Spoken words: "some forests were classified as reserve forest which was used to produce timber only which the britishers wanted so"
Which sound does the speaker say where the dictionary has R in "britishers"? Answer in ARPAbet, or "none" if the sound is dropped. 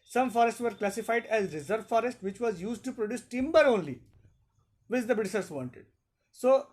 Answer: none